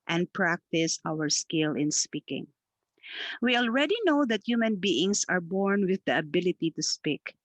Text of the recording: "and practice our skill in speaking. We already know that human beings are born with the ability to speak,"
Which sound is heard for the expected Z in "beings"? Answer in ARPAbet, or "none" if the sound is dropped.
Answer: S